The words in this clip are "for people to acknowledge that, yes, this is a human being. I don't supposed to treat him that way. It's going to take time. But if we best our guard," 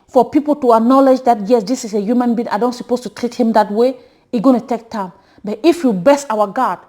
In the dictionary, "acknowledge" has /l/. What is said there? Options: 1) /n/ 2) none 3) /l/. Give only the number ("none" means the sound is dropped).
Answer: 3